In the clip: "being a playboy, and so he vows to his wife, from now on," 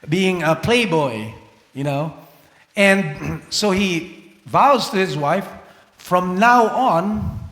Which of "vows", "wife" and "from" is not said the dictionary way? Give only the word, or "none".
none